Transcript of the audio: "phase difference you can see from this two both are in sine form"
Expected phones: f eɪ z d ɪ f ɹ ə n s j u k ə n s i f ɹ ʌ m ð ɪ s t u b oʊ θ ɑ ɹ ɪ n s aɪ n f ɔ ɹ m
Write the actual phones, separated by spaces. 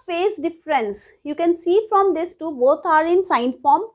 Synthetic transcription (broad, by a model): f eɪ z d ɪ f ɹ ə n s j u k ə n s i f ɹ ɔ m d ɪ s t u b oʊ t ɑ ɹ ɪ n s aɪ n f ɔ ɹ m